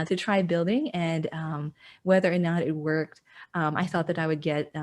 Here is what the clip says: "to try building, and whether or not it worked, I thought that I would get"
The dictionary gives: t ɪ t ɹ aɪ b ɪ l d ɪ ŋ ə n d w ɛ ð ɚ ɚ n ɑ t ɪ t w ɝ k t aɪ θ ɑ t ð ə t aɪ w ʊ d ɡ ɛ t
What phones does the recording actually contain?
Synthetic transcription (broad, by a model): t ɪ t ɹ aɪ b ɪ l d ɪ ŋ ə n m w ɛ ð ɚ ɚ n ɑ t ɪ t w ɝ k t aɪ θ ɑ t ð ə t aɪ w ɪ d ɡ ɛ t